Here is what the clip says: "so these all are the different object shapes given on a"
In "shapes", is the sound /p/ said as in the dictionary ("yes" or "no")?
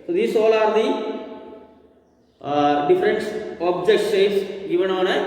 no